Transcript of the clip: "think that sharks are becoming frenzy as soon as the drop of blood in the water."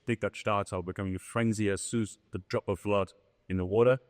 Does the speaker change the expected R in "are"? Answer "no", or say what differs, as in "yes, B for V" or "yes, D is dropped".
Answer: yes, L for R